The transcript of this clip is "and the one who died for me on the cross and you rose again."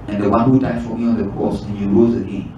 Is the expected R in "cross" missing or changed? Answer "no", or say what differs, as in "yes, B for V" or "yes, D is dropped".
yes, R is dropped